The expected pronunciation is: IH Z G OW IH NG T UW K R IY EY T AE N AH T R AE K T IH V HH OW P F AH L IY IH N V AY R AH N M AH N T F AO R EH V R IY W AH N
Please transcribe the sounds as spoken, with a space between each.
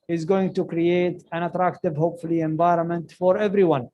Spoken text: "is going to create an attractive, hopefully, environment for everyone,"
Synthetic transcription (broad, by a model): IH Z G OW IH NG T UW K R IY EY T AE N AH T R AE K T IH V HH OW P F AH L IY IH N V AY R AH N M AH N T F AO R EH V R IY W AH N